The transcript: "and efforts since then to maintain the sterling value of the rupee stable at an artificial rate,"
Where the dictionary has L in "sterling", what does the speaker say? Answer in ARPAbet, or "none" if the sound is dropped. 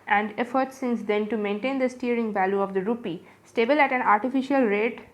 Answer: none